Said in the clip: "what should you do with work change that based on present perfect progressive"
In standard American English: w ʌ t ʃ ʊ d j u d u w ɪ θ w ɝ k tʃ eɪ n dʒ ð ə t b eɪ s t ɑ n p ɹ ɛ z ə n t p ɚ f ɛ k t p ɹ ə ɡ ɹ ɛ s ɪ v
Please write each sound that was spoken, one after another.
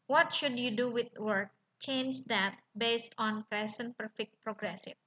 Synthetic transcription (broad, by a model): w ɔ t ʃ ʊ d j u d u w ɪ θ w ɝ k tʃ eɪ n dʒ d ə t b eɪ s t ɑ n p ɹ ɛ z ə n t p ɚ f ɛ k t p ɹ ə ɡ ɹ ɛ s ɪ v